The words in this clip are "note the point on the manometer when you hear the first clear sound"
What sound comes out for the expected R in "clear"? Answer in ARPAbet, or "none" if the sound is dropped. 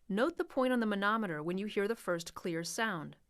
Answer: R